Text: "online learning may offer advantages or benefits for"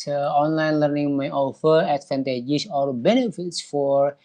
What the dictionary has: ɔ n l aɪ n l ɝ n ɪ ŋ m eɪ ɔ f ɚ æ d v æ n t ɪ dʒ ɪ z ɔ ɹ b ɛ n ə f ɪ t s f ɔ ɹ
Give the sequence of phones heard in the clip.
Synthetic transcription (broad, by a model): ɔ n l aɪ n l ɝ n ɪ ŋ m eɪ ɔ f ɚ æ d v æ n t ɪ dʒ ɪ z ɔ l b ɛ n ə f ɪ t s f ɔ ɹ